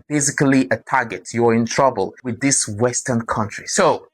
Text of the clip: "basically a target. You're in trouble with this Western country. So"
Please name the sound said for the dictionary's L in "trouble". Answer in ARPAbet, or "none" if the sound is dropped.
L